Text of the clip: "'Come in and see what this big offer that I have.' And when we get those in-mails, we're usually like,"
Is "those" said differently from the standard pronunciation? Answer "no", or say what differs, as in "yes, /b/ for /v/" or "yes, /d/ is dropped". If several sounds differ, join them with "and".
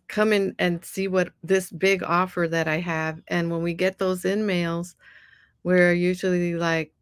no